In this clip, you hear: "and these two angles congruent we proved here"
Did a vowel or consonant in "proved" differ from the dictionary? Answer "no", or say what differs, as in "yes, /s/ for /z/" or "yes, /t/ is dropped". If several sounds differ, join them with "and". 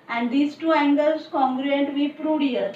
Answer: yes, /v/ is dropped